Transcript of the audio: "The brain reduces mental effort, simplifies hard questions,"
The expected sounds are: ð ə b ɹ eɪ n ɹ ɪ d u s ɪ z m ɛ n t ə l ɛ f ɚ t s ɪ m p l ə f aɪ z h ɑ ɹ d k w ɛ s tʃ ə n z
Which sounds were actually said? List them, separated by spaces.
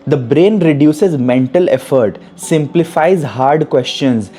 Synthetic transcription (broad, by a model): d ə b ɹ eɪ n ɹ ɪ d u s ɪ z m ɛ n t ə l ɛ f ɚ t s ɪ m p l ə f aɪ z h ɑ ɹ d k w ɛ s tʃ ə n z